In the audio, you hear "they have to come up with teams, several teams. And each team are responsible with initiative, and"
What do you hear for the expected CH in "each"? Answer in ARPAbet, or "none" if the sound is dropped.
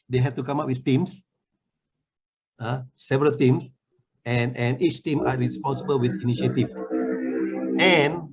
CH